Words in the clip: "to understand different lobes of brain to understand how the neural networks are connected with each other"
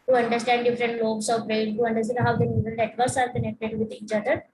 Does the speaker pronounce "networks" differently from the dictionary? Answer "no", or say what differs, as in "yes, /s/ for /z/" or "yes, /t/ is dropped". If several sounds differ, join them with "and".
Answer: yes, /k/ is dropped